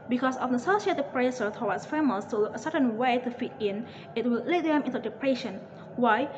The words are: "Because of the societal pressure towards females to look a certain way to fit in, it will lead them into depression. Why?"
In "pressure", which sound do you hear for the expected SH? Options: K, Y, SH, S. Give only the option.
S